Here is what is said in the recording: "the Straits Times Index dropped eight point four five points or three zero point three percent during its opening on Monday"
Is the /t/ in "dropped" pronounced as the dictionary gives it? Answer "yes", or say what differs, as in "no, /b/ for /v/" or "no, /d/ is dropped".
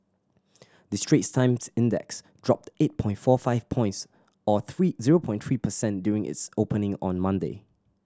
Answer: yes